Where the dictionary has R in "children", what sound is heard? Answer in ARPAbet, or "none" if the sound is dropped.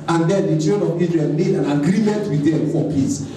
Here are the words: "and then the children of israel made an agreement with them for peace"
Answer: none